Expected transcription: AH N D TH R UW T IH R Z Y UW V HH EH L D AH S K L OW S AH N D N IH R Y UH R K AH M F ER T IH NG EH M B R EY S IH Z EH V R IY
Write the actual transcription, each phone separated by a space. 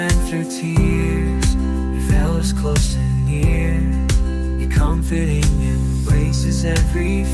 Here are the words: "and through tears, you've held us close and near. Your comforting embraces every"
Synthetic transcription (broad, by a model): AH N TH R UW T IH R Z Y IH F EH L AH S K L OW S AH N N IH R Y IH K AH M F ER T IH NG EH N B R EY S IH Z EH V R IY